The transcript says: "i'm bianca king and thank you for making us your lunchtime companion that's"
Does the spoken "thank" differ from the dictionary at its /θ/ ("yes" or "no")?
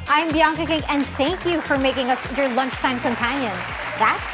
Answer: no